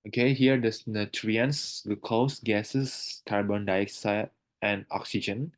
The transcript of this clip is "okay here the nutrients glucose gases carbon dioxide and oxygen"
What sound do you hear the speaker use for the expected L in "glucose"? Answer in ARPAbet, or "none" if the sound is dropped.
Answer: none